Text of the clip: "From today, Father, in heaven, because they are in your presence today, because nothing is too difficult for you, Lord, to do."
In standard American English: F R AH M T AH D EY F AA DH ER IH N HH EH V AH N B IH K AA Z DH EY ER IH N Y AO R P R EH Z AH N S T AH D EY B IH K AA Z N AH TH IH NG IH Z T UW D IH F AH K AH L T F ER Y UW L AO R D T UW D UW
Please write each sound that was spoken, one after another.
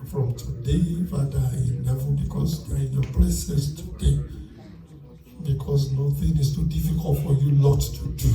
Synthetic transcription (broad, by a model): F R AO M T AH D EY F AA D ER IH N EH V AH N B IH K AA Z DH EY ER IH N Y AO P L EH S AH S T AH D EY B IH K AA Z N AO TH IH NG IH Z T UW D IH F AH K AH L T F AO Y UW L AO T UW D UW